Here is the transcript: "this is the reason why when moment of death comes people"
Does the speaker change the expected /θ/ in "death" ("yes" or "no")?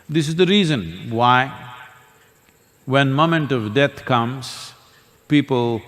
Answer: yes